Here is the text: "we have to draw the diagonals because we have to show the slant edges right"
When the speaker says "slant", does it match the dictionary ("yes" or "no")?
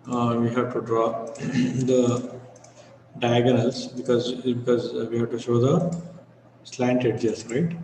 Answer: yes